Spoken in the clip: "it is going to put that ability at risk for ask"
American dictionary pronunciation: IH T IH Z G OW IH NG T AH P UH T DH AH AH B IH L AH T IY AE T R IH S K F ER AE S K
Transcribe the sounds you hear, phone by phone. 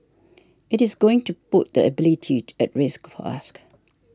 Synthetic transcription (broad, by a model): IH T IH Z G OW IH NG T AH P UH T DH AH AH B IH L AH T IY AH T R IH S K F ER S K